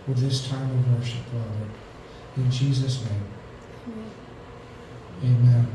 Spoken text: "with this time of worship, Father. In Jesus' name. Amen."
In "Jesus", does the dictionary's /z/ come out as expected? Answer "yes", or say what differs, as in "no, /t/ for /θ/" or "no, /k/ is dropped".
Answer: yes